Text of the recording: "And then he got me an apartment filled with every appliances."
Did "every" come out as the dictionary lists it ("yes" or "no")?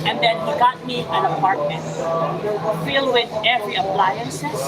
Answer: yes